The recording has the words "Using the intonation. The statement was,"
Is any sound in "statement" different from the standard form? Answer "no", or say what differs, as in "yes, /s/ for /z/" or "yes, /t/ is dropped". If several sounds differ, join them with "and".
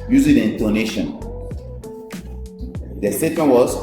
yes, /m/ is dropped